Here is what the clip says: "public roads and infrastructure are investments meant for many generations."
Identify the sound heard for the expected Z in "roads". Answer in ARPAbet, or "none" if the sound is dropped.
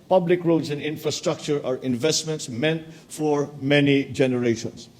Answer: S